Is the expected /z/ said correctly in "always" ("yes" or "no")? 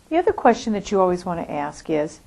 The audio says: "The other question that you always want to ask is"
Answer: yes